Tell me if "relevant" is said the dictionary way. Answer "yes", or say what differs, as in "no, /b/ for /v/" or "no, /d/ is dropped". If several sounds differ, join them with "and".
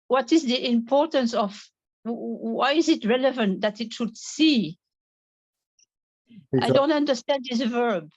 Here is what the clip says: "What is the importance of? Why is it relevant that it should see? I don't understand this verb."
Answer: yes